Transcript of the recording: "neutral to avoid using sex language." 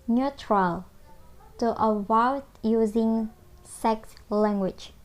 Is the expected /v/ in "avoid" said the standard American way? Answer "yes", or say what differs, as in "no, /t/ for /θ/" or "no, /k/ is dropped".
no, /w/ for /v/